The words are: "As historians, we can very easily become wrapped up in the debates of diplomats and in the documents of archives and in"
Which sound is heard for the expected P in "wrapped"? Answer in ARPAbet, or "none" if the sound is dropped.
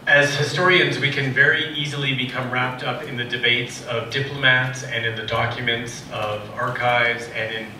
P